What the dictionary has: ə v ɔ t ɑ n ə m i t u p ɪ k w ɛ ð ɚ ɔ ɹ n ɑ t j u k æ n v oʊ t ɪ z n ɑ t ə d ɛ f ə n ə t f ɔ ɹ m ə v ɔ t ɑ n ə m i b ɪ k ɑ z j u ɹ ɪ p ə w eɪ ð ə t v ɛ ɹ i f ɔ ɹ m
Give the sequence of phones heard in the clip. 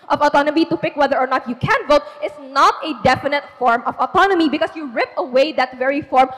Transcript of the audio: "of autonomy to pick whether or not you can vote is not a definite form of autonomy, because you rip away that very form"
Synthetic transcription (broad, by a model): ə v ɔ t ɑ n ə m i t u p ɪ k w ɛ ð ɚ ɔ ɹ n ɑ t j u k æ n v oʊ t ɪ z n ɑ t ə d ɛ f ə n ə t f ɔ ɹ m ə v ɔ t ɑ n ə m i b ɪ k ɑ s j u ɹ ɪ p ə w eɪ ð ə t v ɛ ɹ i f ɔ ɹ m